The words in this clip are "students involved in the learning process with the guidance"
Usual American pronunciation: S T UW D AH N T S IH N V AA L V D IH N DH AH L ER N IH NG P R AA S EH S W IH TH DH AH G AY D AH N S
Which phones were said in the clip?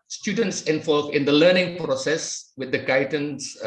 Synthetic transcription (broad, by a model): S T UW D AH N T S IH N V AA L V IH N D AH L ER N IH NG P R AA S EH S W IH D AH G AY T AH N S